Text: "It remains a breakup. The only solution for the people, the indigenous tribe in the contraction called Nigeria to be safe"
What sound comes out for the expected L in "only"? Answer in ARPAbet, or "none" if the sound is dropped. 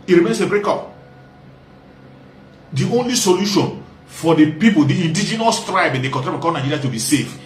L